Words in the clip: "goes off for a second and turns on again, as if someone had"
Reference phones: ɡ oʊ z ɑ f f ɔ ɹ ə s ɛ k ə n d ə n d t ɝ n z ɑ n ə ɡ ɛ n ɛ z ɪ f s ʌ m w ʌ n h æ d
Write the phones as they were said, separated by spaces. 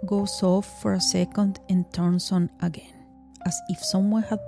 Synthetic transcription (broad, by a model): ɡ oʊ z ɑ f f ɔ ɹ ə s ɛ k ə n d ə n t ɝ n s ɑ n ə ɡ ɛ n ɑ s ɪ f s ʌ m w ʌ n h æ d